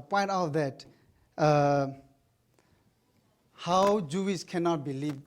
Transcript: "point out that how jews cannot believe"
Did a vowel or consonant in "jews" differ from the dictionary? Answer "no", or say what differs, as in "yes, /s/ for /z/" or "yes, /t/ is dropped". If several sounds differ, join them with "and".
yes, /s/ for /z/